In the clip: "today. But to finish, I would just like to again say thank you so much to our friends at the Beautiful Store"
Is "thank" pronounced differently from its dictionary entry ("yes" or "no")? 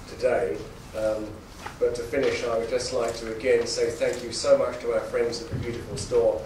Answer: no